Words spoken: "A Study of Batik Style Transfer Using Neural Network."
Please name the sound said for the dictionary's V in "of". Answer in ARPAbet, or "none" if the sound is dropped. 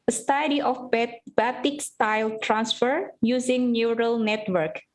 B